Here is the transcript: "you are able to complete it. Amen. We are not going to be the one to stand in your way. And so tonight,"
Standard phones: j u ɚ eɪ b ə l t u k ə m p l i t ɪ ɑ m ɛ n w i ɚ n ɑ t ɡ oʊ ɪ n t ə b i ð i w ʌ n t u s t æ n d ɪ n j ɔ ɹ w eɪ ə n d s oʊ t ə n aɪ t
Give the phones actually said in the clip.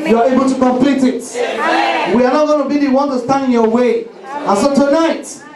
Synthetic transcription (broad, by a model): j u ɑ eɪ b ə l t u k ə m p l i t ɪ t w i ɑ n ɑ t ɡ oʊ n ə b i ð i w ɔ n t u s t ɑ n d ɪ n j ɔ w eɪ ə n s oʊ t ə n aɪ t